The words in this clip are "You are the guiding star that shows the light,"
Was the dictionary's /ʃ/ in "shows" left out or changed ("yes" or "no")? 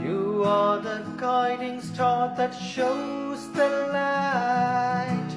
no